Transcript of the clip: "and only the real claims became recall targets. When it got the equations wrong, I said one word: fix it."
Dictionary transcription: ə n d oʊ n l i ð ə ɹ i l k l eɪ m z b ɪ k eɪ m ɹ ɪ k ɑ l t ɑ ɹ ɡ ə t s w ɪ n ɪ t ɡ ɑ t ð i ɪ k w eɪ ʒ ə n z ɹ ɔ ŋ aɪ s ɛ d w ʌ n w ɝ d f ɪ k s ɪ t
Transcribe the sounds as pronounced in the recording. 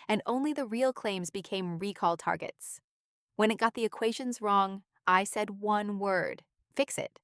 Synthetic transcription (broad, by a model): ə n oʊ n l i ð ə ɹ i l k l eɪ m z b ɪ k eɪ m ɹ ɪ k ɑ l t ɑ ɹ ɡ ə t s w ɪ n ɪ t ɡ ɑ t ð i ɪ k w eɪ ʒ ə n z ɹ ɔ ŋ aɪ s ɛ d w ʌ n w ɝ d f ɪ k s ɪ t